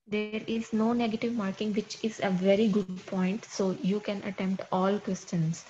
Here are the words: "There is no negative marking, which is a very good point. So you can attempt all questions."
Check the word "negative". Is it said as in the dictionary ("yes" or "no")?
yes